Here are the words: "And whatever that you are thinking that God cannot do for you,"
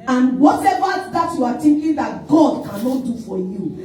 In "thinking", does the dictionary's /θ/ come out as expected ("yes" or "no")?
no